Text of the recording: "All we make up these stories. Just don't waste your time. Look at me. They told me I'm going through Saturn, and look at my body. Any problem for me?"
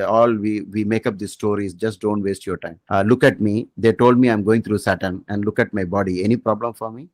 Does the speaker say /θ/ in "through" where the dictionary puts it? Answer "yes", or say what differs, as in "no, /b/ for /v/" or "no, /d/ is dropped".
no, /t/ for /θ/